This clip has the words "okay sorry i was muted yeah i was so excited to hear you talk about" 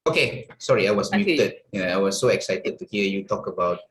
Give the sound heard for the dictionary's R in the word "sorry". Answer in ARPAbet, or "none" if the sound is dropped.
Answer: R